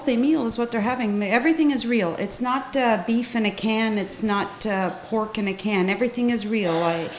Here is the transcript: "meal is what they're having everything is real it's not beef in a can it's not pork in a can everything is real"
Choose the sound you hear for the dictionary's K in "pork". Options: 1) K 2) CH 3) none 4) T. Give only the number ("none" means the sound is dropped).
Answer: 1